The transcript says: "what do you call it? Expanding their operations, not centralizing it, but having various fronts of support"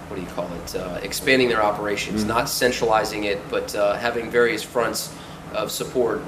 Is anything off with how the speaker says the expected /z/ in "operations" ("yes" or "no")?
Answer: no